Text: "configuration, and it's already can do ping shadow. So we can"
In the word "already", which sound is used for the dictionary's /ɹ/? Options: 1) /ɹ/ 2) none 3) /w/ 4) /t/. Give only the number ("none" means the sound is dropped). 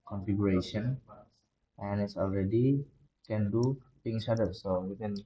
1